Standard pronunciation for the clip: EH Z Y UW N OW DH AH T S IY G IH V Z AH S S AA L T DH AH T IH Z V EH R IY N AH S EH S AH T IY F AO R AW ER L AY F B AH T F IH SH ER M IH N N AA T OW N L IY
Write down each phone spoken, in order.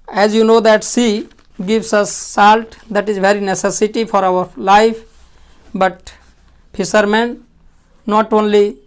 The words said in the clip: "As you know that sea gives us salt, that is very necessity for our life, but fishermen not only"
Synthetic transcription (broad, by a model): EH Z Y UW N OW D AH T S IY G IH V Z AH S S AA L T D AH T IH Z V EH R IY N AH S EH S AH T IY F AO R AW ER L AY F B AH T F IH S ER M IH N N AA T OW N L IY